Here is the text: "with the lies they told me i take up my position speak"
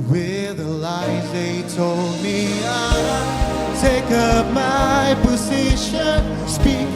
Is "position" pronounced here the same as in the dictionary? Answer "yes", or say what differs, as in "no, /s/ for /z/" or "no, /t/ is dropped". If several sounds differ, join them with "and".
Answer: yes